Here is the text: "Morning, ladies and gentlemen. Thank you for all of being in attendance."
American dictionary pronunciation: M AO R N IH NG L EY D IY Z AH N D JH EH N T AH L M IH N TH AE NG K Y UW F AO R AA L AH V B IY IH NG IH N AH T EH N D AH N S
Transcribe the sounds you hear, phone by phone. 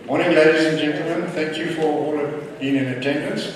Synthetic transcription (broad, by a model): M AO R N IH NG L EY D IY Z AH N JH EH N T L M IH N TH AE NG K Y UW F AO R AA L AH V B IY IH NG IH N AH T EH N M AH N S